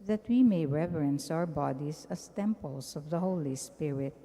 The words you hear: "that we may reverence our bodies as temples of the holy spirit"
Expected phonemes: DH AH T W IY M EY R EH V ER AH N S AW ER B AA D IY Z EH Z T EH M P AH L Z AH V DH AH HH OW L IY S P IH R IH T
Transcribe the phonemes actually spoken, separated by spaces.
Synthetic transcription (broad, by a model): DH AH T W IY M EY R EH V ER AH N S AW ER B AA D IY S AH S T EH M P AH L S AH V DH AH HH OW L IY S P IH R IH T